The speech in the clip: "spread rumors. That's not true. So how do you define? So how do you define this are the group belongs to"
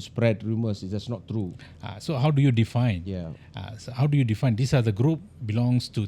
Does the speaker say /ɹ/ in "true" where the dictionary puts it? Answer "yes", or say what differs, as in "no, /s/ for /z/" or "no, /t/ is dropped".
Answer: yes